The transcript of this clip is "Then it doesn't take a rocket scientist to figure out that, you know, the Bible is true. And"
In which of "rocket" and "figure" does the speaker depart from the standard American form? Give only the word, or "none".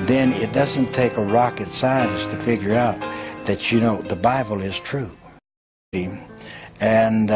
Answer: none